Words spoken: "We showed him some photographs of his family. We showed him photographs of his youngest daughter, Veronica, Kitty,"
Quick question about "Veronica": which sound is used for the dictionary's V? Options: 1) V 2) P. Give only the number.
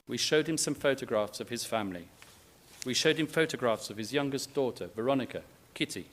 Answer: 1